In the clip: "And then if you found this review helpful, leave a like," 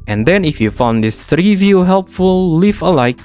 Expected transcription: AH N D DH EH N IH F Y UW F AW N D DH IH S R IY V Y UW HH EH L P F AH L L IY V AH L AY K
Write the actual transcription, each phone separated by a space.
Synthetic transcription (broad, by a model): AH N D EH N IH F Y UW F AW N D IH S R IY V Y UW HH EH L P F AH L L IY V AH L AY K